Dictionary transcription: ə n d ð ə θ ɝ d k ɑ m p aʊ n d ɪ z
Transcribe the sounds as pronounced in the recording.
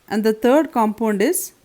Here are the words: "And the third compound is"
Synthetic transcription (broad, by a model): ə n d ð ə t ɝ d k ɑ m p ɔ n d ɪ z